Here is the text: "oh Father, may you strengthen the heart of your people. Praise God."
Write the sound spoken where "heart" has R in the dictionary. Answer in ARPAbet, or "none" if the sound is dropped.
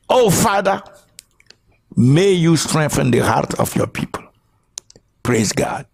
R